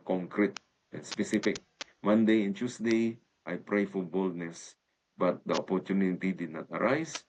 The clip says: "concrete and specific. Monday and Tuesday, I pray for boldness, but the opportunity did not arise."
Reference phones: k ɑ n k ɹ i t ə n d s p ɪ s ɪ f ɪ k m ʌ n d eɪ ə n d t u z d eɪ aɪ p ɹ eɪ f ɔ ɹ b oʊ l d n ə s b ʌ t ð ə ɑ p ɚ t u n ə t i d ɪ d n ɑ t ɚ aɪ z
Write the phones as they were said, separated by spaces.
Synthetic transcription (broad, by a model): k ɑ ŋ k ɹ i t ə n s p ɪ s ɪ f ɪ k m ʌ n d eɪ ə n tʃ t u s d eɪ aɪ p ɹ eɪ f ɔ ɹ b oʊ l d n ə s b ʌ t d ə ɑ p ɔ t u n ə t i d ɪ d n ɑ t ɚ aɪ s